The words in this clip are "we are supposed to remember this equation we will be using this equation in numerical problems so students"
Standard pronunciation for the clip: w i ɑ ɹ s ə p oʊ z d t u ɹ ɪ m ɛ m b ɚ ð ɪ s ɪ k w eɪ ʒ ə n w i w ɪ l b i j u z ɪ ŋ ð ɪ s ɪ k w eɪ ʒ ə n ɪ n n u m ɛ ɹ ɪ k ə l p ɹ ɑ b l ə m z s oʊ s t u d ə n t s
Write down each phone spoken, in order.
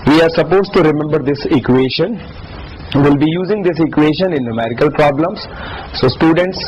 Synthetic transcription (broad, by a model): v i ɑ ɹ s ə p oʊ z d t u ɹ ɪ m ɛ m b ɚ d ɪ s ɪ k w eɪ ʃ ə n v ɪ l b i j u z ɪ ŋ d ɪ s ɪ k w eɪ ʃ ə n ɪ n n u m ɛ ɹ ɪ k ə l p ɹ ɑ b l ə m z s oʊ s t u d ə n t s